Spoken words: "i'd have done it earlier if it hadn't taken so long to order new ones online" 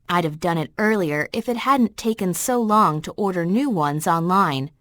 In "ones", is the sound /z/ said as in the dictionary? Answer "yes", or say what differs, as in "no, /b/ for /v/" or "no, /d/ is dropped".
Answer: yes